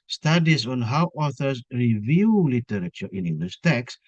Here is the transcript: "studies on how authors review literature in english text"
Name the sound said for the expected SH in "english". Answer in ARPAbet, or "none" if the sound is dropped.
S